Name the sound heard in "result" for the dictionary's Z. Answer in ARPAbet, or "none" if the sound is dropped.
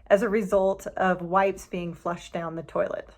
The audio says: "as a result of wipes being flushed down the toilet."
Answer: Z